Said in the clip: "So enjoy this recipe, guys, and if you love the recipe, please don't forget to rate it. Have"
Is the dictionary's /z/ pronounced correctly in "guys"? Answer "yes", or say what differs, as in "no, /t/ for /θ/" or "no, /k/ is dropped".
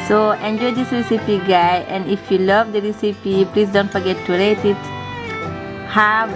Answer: no, /z/ is dropped